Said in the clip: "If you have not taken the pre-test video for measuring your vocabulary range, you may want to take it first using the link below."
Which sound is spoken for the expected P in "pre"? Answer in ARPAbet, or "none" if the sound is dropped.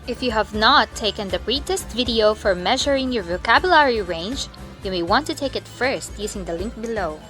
B